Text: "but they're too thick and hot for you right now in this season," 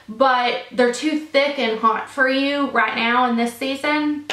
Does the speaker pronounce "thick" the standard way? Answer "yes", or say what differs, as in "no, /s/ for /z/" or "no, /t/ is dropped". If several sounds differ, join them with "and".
yes